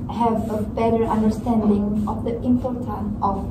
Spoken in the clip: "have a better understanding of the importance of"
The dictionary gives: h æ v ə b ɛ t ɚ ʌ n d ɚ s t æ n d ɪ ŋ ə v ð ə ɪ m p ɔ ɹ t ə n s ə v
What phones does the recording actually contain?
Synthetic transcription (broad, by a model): h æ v ə b ɛ t ɚ ʌ n d ɚ s t æ n d ɪ ŋ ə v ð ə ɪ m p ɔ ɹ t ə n ə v